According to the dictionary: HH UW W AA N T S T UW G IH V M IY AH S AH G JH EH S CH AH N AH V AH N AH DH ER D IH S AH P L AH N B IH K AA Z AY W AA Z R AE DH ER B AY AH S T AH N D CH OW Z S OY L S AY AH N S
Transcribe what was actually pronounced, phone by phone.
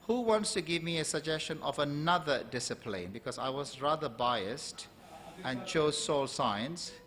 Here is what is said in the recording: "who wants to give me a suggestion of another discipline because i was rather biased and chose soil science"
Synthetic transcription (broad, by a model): HH UW W AA N T S T UW G IH V M IY AH S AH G JH EH S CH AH N AH V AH N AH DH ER D IH S AH P L AH N B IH K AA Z AY W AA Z R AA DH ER B AY AH S T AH N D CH OW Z S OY L S AY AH N S